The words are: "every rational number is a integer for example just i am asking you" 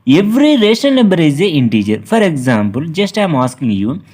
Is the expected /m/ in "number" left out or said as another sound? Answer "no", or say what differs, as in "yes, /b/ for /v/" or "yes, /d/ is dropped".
yes, /m/ is dropped